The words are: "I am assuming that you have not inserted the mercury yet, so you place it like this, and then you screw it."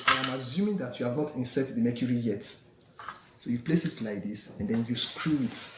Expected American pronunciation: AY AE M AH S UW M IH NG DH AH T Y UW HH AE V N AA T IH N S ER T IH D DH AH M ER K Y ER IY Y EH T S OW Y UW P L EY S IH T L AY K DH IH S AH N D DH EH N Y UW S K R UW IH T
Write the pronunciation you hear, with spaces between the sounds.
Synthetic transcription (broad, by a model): AY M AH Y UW M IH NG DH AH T Y UW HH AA V N AA T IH N S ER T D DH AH M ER K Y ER IY Y EH T S OW Y UW P L EY S IH T L AY K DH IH S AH N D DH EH N Y UW S K R UW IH T